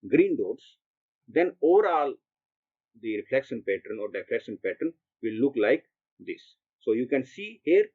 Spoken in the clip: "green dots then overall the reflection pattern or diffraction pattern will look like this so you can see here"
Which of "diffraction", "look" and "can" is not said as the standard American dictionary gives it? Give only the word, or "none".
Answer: diffraction